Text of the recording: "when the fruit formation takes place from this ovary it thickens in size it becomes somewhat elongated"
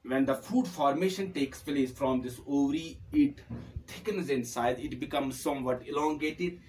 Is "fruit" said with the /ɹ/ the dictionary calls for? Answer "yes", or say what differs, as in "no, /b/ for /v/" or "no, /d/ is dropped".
no, /ɹ/ is dropped